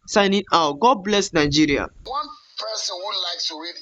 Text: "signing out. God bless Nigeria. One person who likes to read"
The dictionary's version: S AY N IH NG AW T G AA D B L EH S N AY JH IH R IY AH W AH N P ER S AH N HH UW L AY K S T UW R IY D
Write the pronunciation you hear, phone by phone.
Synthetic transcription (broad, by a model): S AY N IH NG AW T G AA D B L EH S N AY JH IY R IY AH W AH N P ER S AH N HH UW L AY K T UW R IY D